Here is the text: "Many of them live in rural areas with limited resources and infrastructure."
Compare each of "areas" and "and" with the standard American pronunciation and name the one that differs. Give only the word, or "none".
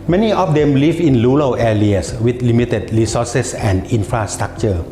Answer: areas